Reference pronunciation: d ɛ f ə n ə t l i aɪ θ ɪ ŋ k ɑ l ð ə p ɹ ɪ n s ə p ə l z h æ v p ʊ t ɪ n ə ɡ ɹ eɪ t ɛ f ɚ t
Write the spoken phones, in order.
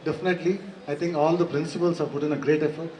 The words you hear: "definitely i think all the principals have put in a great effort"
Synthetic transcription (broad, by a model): d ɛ f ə n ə t l i aɪ t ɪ ŋ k ɑ l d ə p ɹ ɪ n s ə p ə l s h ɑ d p ʊ t ɪ n ə ɡ ɹ eɪ t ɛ f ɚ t